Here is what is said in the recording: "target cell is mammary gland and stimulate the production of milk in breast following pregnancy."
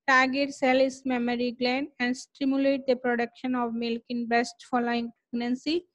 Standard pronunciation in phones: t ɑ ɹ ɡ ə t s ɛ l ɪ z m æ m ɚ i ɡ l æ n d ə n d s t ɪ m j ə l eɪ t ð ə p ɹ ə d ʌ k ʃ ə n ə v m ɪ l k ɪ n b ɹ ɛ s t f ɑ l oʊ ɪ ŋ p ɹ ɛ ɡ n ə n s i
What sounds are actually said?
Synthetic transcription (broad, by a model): t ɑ ɡ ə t s ɛ l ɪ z m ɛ m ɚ i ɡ l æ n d ə n d s t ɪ m j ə l eɪ t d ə p ɹ ə d ʌ k ʃ ə n ə v m ɪ l k ɪ n b ɛ s t f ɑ l oʊ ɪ ŋ p ɹ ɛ ɡ n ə n s i